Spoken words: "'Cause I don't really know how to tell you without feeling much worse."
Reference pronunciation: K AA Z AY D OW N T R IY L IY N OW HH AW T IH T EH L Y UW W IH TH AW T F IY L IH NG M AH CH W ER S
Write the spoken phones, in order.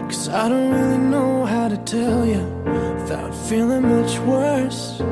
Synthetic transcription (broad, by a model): K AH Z AY D OW N T R IY L IY N OW HH AW T IH T EH L Y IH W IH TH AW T F IY L IH NG M AH CH W ER S